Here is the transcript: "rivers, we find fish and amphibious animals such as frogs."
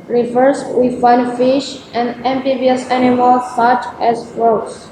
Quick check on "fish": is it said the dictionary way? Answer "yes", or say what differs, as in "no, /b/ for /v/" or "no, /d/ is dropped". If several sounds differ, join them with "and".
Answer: yes